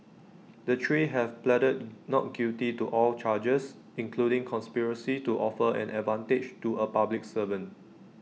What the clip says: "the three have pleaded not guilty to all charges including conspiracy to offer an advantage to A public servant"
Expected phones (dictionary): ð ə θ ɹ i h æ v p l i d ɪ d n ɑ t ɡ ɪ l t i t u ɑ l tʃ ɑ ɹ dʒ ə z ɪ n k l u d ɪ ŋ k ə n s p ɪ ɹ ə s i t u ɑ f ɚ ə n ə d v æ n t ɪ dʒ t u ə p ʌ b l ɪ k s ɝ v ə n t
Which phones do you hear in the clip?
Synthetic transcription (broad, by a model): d ə t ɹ i h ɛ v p l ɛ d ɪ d n ɑ t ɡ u t i t u ɑ l tʃ ɑ dʒ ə s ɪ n k l u d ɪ ŋ k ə n s p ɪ ɹ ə s i t u ɑ f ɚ ə n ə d v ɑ n t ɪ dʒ t u ə p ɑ b l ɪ k s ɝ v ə n